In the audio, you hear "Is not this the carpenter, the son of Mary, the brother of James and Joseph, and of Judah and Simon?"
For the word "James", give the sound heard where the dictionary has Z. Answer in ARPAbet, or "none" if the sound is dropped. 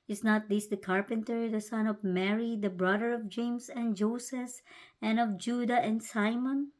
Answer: S